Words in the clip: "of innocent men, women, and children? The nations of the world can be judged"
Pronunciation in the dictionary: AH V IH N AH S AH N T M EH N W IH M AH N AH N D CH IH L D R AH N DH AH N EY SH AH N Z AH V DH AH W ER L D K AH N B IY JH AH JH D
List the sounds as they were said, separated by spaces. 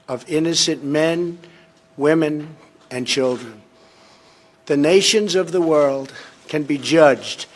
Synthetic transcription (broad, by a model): AH V IH N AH S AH N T M EH N W IH M AH N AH N CH IH L D R AH N DH AH N EY SH AH N Z AH V DH AH W ER L D K AH N B IY JH AH JH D